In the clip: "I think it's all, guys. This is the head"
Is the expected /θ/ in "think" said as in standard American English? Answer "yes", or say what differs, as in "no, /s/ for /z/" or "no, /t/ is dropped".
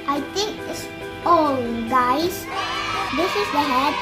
no, /t/ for /θ/